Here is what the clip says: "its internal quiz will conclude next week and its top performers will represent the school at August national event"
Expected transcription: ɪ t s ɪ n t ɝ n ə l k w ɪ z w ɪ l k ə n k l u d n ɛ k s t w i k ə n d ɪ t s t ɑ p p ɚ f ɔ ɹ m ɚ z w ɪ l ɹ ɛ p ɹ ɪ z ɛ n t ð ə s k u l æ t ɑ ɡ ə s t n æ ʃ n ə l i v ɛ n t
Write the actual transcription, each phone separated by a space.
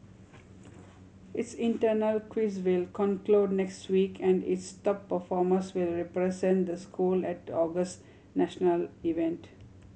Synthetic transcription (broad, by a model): ɪ t s ɪ n t ɝ n ə l k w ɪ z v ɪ l k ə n k l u d n ɛ k s t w i k ə n d ɪ t s t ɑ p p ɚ f ɔ ɹ m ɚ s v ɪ l ɹ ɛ p ɹ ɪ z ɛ n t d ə s k u l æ t ɑ ɡ ə s t n æ ʃ n ə l i v ɛ n t